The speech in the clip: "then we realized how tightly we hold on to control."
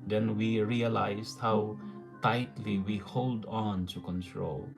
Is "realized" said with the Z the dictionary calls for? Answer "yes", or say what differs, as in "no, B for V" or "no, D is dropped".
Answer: no, S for Z